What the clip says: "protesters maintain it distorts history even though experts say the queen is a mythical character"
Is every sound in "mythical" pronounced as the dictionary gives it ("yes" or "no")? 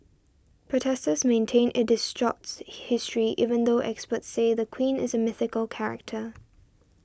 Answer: yes